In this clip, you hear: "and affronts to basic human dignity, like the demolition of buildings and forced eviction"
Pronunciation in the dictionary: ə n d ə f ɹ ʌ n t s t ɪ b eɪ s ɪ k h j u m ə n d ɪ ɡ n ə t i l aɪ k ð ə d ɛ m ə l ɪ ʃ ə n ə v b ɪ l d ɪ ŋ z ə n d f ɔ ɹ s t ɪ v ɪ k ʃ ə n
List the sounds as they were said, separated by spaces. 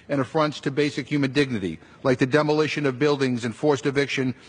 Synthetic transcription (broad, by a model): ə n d ə f ɹ ʌ n t s t ɪ b eɪ s ɪ k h j u m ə n d ɪ ɡ n ə t i l aɪ k ð ə d ɛ m ə l ɪ ʃ ə n ə v b ɪ l d ɪ ŋ z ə n f ɔ ɹ s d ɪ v ɪ k ʃ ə n